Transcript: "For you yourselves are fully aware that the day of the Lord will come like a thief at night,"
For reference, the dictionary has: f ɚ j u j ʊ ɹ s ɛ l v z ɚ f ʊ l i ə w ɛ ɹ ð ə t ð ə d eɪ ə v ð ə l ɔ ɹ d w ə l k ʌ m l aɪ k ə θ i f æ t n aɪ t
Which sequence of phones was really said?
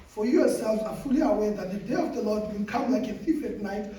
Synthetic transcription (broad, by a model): f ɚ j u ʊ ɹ s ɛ l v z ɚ f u l i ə w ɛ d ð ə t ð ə d eɪ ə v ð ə l ɔ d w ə k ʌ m l aɪ k ə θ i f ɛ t n aɪ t